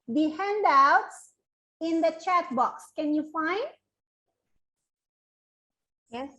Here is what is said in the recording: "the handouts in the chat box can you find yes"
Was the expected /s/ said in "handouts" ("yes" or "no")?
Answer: yes